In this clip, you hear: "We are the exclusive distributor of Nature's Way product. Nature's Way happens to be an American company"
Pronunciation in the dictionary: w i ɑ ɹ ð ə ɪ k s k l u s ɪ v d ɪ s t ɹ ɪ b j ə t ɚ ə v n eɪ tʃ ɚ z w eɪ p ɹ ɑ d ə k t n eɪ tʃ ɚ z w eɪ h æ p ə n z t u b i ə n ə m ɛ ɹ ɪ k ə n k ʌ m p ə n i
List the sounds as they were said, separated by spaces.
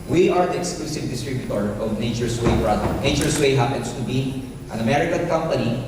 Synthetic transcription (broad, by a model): w i ɑ ɹ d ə ɪ k s k l u s ɪ v d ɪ s t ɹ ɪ b j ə t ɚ ə v n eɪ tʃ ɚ s w eɪ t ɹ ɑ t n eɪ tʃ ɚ s w eɪ h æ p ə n s t u b i ə n ə m ɛ ɹ ɪ k ə n k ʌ m p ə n i